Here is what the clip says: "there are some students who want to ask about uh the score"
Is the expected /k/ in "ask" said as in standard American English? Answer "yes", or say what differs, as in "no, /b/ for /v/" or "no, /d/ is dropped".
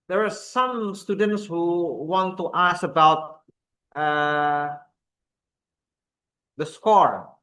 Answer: no, /k/ is dropped